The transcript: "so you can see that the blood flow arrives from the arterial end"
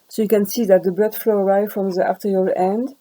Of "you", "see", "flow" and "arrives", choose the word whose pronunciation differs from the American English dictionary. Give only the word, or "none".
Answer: arrives